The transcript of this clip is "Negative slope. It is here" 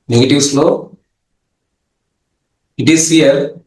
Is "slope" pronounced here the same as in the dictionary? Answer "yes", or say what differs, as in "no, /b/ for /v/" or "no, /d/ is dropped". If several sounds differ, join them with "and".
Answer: no, /p/ is dropped